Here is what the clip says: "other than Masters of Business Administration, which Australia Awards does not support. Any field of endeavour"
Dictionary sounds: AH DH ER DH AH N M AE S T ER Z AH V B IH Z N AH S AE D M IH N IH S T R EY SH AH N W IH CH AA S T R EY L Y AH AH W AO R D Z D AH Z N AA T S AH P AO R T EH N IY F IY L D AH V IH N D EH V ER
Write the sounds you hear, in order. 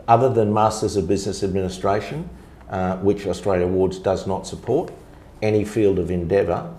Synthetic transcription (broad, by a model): AH DH ER DH AH N M AE S T ER Z AH V B IH Z N AH S AE D M IH N IH S T R EY SH AH N W IH CH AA S T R EY L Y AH AH W AO R D Z D AH Z N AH T S AH P AO R T EH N IY F IY L D AH V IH N D EH V ER